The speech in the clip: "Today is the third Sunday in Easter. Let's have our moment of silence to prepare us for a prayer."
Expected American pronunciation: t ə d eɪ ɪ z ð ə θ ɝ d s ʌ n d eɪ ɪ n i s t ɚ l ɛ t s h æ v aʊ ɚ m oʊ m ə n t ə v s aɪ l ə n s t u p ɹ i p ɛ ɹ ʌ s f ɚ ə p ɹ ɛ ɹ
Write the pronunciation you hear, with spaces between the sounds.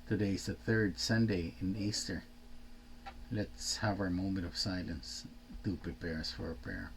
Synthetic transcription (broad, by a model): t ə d eɪ ɪ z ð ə θ ɝ d s ʌ n d eɪ ɪ n i s t ɚ l ɛ t s h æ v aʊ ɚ m oʊ m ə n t ə v s aɪ l ə n s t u p ɹ i p ɛ ɹ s f ɚ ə p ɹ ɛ ɹ